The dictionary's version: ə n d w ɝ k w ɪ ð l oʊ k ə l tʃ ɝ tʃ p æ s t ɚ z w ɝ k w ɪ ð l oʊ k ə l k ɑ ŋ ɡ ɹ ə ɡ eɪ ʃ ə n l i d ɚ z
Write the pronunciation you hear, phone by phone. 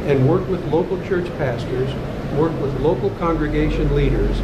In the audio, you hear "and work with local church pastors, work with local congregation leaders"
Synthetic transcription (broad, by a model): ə n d w ɝ k w ɪ ð l oʊ k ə l tʃ ɝ tʃ p æ s t ɚ z w ɝ k w ɪ ð l oʊ k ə l k ɑ ŋ ɡ ɹ ə ɡ eɪ ʃ ə n l i d ɚ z